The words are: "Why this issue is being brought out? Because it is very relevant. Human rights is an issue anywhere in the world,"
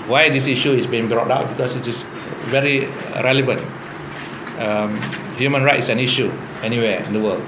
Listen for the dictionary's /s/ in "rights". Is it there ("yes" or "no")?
no